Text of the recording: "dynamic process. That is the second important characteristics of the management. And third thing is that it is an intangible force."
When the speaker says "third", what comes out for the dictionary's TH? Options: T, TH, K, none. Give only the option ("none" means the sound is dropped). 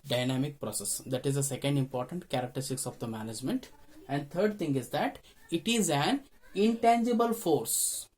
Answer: T